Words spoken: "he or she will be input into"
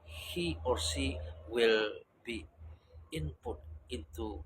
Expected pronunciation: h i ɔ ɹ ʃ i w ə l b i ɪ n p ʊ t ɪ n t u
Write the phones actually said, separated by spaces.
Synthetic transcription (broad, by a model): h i ɔ ɹ s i w ə l b i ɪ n p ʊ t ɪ n t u